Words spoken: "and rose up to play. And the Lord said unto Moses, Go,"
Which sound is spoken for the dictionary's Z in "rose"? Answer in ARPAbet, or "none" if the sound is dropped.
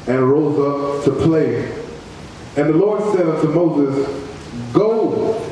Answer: Z